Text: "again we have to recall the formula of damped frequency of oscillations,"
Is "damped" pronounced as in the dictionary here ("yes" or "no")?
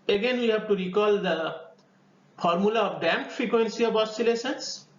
no